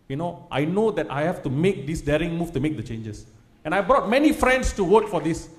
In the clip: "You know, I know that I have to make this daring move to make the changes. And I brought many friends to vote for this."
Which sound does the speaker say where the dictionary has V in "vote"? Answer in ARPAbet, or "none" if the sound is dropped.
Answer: W